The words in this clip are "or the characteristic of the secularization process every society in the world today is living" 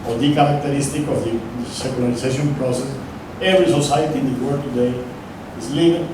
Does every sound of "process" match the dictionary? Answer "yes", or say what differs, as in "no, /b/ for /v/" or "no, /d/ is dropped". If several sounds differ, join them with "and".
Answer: yes